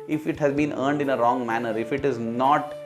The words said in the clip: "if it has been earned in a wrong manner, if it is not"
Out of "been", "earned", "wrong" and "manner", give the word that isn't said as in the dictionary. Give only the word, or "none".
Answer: none